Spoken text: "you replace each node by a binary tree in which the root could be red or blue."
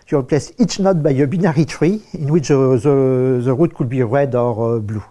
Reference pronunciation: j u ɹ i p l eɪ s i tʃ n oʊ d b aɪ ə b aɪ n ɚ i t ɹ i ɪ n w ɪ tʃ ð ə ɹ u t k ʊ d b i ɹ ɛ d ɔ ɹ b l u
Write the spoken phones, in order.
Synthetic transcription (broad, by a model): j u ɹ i p l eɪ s i tʃ n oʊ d b aɪ ə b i n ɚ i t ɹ i ɪ n w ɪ tʃ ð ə ɹ u t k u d b i ɹ ɛ d ɔ ɹ b l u